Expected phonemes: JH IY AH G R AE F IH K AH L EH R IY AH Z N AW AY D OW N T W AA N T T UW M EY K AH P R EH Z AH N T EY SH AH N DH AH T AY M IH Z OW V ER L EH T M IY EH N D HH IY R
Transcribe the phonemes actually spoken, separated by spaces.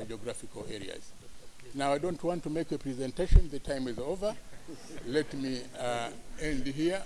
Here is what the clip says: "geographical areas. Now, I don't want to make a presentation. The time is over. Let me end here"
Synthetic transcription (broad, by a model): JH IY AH G R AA F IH K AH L EH R IY AH Z N AW AY D OW N T W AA N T T UW M EY K AH P R EH Z AH N T EY SH AH N DH AH T AY M IH Z OW V ER L EH T M IY EH N D HH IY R